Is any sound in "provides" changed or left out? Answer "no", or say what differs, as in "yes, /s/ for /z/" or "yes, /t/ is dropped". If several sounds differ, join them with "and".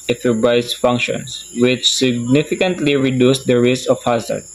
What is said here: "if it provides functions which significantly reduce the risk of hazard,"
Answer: yes, /b/ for /p/